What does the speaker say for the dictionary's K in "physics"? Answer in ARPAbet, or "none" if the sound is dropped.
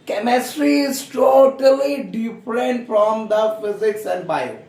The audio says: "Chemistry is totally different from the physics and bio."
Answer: K